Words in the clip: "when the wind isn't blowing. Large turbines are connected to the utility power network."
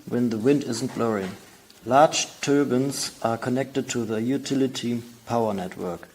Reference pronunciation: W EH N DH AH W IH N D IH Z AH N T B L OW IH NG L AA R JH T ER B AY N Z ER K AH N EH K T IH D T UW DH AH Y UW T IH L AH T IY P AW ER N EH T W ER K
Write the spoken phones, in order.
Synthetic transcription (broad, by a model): W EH N DH AH W IH N D IH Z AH N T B L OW IH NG L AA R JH T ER B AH N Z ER K AH N EH K T IH D T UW DH AH Y UW T IH L AH T IY P AW ER N EH T W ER K